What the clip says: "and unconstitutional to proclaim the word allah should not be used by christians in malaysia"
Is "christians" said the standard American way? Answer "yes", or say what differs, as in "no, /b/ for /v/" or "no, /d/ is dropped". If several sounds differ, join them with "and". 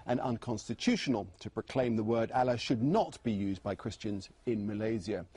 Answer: yes